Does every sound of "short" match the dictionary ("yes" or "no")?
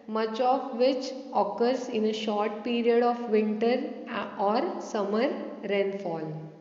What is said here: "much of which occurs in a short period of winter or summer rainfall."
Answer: yes